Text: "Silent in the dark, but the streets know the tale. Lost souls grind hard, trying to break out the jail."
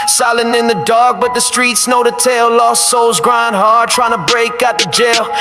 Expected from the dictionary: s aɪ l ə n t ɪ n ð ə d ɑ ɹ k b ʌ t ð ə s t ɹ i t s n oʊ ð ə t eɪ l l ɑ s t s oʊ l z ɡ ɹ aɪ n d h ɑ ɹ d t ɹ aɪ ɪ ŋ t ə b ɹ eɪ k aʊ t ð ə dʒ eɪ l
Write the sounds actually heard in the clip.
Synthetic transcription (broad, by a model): s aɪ l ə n ɪ n ð ə d ɑ ɹ k b ʌ t ð ə s t ɹ i t s n oʊ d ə t eɪ l l ɑ s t s oʊ l z ɡ ɹ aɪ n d h ɑ ɹ d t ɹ aɪ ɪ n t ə b ɹ eɪ k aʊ t ð ə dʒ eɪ l